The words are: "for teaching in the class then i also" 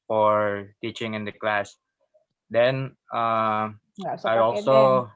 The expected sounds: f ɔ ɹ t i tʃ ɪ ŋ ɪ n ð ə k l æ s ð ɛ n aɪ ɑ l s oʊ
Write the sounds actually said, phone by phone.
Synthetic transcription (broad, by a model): f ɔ ɹ t i tʃ ɪ ŋ ɪ n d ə k l æ s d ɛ n aɪ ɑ l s oʊ